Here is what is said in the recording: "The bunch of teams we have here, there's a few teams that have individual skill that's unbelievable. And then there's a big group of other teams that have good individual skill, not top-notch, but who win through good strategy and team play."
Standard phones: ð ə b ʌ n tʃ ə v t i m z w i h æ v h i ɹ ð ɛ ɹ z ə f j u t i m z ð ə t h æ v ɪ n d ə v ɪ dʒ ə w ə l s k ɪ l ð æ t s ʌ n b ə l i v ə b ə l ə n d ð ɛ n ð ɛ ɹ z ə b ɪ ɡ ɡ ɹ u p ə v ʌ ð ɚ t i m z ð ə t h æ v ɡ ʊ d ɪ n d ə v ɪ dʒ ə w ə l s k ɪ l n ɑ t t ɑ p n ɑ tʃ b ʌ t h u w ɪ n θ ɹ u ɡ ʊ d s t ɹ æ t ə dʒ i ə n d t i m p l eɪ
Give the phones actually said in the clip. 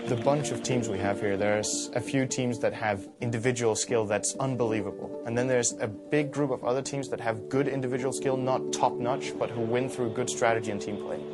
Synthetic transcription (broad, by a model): ð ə b ʌ n tʃ ə v t i m z w i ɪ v h i ɹ ð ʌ ɹ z ə f j u t i m z ð ə t h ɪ v ɪ n d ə v ɪ dʒ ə w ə l s k ɪ l ð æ t s ʌ n b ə l i v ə b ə l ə n ð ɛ n ð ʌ ɹ z ə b ɪ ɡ ɡ ɹ u p ə v ʌ ð ɚ t i m z ð ə t h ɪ v ɡ ʊ d ɪ n d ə v ɪ dʒ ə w l s k ɪ l n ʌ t t ɑ p n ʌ tʃ b ʌ t h u w ɪ n θ ɹ u ɡ ʊ d s t ɹ æ t ə dʒ i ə n t i m p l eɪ